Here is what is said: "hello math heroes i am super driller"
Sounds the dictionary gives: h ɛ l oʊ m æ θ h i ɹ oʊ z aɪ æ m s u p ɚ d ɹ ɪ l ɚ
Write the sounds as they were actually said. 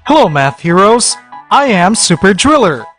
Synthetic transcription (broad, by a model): h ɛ l oʊ m æ θ h i ɹ oʊ z aɪ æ m s u p ɚ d ɹ ɪ l ɚ